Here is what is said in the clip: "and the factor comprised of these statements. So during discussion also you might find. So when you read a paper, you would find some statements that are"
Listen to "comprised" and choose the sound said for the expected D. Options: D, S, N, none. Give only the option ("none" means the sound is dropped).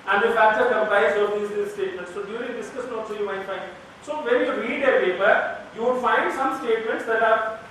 none